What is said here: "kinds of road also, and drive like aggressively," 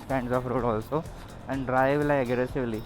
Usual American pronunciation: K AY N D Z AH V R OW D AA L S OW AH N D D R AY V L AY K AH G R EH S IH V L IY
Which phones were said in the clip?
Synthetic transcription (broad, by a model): K AY N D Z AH F R OW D AA L S OW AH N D D R AY V L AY AH G R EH S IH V L IY